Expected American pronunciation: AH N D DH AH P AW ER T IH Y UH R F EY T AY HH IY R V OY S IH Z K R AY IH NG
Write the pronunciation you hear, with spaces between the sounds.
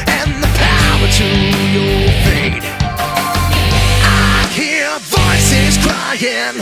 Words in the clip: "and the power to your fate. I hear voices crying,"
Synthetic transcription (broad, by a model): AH N DH AH P AW ER T IH Y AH R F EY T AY HH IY R V OY S IH Z K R AY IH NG